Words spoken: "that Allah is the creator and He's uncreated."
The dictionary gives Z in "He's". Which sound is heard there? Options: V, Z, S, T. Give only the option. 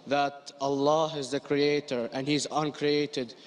Z